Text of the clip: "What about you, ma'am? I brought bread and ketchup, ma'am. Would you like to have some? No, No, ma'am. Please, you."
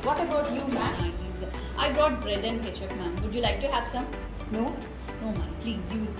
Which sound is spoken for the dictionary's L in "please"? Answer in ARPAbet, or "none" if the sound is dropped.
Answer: L